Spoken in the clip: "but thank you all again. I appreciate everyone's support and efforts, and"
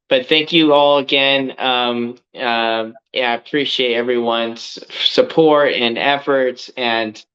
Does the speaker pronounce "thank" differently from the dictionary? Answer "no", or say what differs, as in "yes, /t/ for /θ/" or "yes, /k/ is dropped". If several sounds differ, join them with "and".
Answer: no